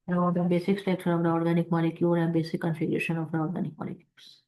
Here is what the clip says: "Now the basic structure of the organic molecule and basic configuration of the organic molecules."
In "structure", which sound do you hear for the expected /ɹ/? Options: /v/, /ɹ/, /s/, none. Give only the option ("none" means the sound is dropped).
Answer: none